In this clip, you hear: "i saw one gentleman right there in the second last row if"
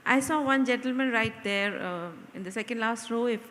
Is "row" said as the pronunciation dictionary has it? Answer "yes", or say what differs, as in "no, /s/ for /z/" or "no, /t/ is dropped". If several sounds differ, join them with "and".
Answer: yes